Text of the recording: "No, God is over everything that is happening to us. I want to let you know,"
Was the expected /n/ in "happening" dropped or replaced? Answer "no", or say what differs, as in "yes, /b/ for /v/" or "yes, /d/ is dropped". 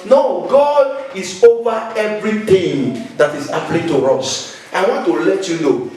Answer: yes, /l/ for /n/